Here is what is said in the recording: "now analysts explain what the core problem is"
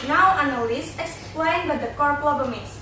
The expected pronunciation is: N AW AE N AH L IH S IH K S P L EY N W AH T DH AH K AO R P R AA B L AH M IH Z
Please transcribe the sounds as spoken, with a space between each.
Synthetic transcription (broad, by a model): N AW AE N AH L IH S IH K S P L EY N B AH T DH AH K AO R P L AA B AH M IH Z